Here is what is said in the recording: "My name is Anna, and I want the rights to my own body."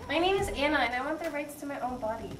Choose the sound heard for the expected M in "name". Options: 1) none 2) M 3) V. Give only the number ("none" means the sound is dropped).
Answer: 1